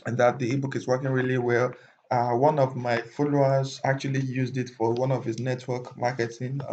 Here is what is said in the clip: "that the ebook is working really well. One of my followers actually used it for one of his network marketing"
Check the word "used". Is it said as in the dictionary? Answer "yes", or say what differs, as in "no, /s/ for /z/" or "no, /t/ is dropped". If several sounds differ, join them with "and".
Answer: yes